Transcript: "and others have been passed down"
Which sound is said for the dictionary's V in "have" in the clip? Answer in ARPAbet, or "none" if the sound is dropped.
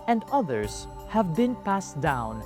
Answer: V